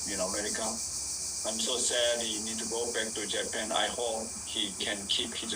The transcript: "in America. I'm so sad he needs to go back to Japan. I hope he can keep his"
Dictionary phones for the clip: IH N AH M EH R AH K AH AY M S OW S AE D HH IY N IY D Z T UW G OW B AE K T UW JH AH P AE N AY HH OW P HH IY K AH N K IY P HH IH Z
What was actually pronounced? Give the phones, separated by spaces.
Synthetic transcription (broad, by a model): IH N AH M EH R AH K AH AY M S OW S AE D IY N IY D T UW G OW B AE K T UW JH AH P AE N AY HH OW P HH IY K AH N K IY P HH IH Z